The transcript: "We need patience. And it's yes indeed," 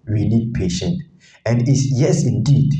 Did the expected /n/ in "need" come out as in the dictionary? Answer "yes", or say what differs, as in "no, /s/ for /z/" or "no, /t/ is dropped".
no, /l/ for /n/